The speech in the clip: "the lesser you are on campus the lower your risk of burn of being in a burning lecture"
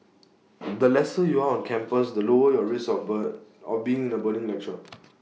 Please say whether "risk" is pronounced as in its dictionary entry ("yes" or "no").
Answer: no